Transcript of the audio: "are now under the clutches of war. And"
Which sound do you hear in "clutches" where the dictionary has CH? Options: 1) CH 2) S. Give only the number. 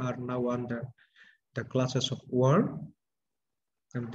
2